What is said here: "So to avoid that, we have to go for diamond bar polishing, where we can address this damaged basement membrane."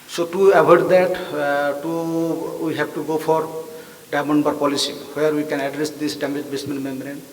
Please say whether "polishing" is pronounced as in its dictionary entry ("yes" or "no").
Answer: no